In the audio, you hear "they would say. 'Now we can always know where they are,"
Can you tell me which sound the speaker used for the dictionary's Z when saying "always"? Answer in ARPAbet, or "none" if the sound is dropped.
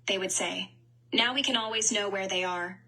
Z